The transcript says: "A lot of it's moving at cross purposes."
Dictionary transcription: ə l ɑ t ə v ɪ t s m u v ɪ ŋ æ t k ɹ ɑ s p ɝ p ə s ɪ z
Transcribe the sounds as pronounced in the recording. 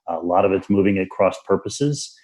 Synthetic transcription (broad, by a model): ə l ɑ t ə v ɪ t s m u v ɪ ŋ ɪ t k ɹ ɑ s p ɝ p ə s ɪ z